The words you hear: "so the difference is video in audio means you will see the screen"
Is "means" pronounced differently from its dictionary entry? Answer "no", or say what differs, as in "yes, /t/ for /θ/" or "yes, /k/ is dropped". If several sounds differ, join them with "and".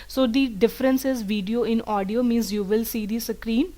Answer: no